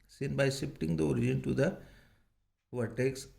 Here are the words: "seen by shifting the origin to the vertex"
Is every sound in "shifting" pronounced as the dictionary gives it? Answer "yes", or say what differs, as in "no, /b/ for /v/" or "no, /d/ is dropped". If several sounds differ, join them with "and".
no, /p/ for /f/